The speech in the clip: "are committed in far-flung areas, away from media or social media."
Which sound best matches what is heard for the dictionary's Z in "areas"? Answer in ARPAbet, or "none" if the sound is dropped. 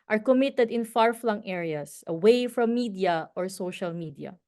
S